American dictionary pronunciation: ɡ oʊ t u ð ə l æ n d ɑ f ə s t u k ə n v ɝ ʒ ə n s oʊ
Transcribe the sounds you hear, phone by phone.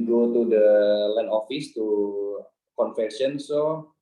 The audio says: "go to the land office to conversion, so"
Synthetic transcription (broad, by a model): ɡ oʊ t u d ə l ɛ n ɑ f ə s t u k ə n f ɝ ʃ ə n s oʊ